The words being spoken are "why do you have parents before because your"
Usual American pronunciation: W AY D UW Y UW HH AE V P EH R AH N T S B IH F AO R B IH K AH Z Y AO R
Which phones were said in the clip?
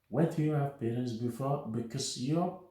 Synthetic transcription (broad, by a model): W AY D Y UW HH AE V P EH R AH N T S B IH F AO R B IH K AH S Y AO